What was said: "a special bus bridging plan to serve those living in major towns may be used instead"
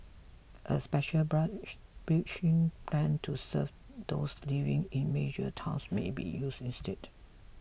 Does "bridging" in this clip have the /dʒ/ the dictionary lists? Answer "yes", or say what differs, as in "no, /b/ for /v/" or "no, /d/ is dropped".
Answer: no, /tʃ/ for /dʒ/